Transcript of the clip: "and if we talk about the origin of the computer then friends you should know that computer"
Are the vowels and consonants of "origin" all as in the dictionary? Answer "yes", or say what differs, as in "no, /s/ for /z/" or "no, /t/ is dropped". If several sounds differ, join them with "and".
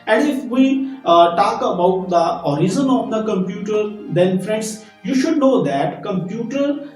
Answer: no, /z/ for /dʒ/